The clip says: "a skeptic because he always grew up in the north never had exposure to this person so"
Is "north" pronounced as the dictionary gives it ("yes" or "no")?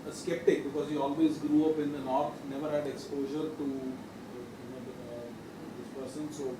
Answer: no